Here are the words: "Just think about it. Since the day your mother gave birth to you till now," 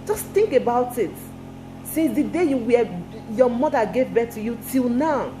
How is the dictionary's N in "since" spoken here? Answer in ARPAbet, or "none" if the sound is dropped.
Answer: none